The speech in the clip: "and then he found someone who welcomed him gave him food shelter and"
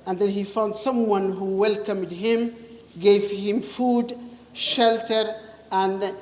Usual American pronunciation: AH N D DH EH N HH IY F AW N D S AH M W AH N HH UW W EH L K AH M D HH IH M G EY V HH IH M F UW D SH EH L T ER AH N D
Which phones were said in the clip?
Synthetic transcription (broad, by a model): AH N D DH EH N HH IY F AW N D S AH M W AH N HH UW W EH L K AH M D HH IH M G EY V HH IH M F UW D SH EH L T ER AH N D